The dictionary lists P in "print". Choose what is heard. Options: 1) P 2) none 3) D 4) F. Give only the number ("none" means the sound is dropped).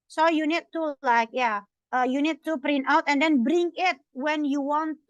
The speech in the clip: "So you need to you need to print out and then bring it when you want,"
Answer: 1